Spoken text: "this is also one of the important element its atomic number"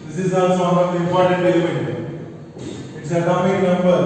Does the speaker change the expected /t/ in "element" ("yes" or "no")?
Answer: yes